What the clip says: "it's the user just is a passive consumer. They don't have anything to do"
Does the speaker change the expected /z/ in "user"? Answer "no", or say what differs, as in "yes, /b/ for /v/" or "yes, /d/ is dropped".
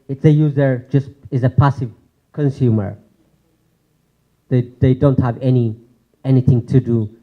no